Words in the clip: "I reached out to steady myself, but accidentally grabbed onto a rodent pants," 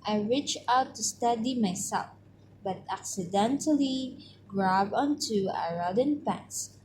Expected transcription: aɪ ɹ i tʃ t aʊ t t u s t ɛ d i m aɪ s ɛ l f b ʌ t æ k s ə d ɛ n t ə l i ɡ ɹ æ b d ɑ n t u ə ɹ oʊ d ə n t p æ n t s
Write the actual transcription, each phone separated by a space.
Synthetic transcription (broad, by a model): aɪ ɹ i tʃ aʊ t t u s t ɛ d i m aɪ s ɛ l f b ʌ t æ k s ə d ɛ n t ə l i ɡ ɹ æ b ɑ n t u ə ɹ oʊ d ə n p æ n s